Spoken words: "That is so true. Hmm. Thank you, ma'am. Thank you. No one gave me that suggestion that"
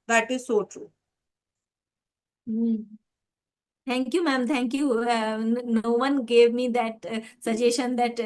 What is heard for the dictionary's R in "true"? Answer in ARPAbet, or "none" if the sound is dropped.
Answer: R